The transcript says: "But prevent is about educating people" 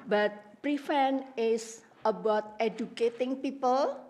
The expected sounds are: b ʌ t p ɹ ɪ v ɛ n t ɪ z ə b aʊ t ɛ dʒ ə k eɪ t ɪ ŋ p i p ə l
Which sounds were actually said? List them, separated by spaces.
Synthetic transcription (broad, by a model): b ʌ t p ɹ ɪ f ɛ n ɪ s ə b aʊ t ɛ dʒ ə k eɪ t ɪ ŋ p i p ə l